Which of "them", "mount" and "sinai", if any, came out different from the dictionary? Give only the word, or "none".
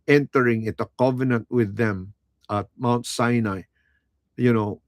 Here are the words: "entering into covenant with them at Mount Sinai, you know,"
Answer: none